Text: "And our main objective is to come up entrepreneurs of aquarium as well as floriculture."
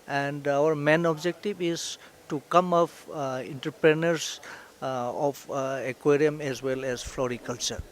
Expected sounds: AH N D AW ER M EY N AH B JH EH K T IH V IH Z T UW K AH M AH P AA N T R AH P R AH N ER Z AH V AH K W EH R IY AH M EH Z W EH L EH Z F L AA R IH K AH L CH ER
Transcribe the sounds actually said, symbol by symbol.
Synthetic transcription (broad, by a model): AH N D AW ER M EY N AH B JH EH K T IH B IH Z T UW K AH M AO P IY N T R P R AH N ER S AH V AH K W EH R IY AH M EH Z W EH L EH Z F L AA R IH K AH L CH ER